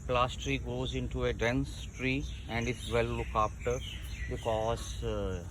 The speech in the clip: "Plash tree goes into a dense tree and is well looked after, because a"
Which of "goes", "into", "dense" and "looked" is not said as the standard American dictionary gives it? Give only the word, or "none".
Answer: looked